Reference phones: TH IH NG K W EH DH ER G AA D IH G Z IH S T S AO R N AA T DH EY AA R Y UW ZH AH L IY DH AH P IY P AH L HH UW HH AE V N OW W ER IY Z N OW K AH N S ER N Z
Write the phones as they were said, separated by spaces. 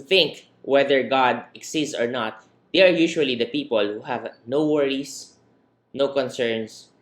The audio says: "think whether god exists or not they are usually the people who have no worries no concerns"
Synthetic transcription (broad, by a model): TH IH NG K W EH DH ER G AA D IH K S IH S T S AO R N AA T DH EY AA R Y UW SH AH L IY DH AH P IY P AH L HH UW HH AE V N OW W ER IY S N OW K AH N S ER N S